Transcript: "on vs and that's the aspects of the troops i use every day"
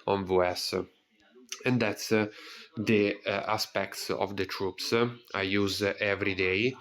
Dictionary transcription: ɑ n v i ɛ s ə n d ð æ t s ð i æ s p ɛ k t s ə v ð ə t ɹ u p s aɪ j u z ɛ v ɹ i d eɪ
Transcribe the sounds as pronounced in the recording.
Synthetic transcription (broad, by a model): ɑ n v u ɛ s ə n d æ t s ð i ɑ s p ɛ k t s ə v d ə t ɹ u p s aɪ j u z ɛ v ɹ i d eɪ